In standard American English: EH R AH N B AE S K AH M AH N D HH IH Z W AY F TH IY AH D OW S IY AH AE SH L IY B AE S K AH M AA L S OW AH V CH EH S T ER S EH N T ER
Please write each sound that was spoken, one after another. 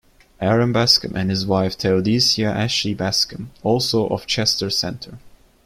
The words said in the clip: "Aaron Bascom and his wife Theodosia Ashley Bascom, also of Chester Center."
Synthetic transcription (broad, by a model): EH R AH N B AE S K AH M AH N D HH IH Z W AY F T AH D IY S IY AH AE SH IY B AE S K AH M AA L S OW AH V CH EH S T ER S EH N T ER